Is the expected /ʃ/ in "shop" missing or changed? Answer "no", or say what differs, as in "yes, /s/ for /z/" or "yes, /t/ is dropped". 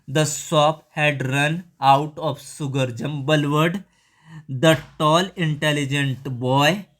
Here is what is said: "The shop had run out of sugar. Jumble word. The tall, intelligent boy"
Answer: yes, /s/ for /ʃ/